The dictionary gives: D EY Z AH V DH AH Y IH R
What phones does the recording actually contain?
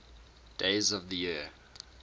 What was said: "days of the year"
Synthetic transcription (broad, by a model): D EY Z AH V DH AH Y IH